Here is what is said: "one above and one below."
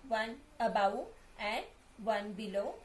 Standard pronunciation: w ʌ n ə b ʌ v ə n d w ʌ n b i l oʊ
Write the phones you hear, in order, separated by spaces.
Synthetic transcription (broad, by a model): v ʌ n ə b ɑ w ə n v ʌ n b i l oʊ